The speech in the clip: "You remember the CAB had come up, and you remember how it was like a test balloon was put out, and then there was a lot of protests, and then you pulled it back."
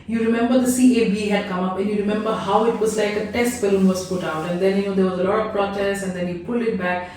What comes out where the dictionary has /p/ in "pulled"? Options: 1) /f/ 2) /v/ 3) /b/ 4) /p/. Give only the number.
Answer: 4